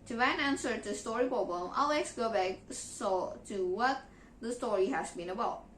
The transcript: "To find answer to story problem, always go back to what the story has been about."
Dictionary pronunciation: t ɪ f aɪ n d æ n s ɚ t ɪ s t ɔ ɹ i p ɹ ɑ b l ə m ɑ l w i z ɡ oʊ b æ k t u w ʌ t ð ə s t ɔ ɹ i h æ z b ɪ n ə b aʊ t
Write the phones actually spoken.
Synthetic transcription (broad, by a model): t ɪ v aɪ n æ n s ɚ t ɪ s t ɔ ɹ i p ɑ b ə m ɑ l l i s ɡ oʊ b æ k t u w ʌ t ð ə s t ɔ ɹ i h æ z b ɪ n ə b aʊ t